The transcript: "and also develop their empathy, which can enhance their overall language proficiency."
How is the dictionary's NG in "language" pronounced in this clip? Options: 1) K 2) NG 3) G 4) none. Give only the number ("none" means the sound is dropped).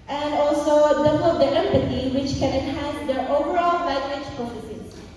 4